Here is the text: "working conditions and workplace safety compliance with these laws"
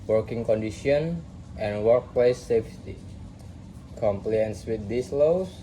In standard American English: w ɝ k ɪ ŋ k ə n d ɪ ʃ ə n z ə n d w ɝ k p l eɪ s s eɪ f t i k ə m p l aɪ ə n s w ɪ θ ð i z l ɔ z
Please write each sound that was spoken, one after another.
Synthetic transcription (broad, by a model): w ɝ k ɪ ŋ k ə n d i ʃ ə n ə n w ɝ k p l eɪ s s eɪ f t i k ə m p l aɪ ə n s w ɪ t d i s l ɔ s